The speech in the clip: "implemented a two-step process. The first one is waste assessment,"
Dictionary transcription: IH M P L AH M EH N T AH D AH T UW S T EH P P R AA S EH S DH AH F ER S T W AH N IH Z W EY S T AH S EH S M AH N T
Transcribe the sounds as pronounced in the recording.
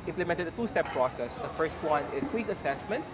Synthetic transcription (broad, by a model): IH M P L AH M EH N T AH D AH T UW S T EH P P R AA S EH S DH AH F ER S T W AH N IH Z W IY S AH S EH S M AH N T